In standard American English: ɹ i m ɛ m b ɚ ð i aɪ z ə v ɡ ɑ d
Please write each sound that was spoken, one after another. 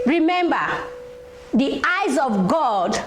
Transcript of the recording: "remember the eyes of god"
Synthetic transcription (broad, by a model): ɹ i m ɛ m b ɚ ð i aɪ z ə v ɡ ɑ d